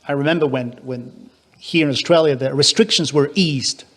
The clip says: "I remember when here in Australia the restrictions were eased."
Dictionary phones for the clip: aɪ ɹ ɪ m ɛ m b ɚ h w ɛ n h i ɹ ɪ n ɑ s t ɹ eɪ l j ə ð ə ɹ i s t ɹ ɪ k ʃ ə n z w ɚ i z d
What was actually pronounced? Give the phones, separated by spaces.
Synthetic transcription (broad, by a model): aɪ ɹ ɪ m ɛ m b ɚ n w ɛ n h i ɹ ɪ n ɑ s t ɹ eɪ l j ə ð ə ɹ i s t ɹ ɪ k ʃ ə n z w ɚ i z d